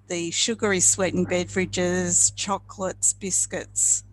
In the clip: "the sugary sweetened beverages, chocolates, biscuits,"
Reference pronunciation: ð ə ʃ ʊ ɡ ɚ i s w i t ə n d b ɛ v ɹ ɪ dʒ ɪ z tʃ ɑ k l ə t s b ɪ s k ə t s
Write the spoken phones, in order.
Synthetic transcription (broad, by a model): ð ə ʃ ʊ ɡ ɚ i s w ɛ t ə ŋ b ɛ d ɹ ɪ dʒ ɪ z tʃ ɑ k l ə t s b ɪ s k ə t s